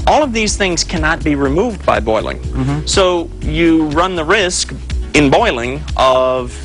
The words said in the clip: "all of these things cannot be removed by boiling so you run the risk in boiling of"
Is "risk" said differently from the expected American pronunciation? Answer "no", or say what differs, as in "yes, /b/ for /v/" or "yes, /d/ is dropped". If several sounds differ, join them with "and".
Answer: no